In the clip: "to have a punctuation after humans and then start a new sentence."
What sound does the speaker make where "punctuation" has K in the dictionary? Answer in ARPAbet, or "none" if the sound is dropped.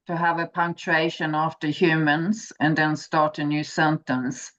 K